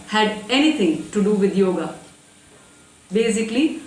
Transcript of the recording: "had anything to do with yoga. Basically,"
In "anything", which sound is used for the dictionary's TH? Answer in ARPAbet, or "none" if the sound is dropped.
T